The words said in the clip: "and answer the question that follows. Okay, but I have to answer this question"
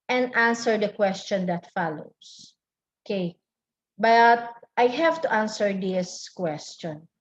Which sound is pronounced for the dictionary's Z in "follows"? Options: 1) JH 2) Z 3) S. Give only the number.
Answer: 3